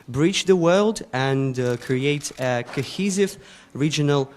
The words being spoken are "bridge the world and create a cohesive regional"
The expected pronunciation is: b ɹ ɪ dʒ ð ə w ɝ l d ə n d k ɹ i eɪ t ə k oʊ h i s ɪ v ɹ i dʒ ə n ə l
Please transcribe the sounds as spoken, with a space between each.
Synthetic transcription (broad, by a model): b ɹ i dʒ ð ə w ɝ l d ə n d k ɹ i eɪ t ə k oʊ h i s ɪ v ɹ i dʒ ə n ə l